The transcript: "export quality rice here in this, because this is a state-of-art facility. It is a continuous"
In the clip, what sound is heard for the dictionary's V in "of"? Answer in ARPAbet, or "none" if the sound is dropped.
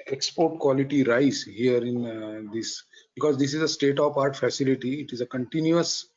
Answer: P